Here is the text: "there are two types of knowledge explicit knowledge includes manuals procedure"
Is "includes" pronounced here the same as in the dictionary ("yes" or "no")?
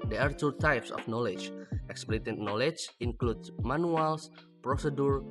no